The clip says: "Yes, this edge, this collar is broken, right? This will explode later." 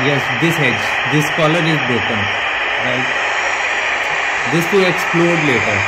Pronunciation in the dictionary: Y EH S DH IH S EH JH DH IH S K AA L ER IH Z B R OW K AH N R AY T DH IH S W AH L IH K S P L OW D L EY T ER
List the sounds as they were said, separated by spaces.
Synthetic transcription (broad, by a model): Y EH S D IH S EH JH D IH S K AA L ER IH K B OW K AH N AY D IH S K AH IH K S P L OW D L EY T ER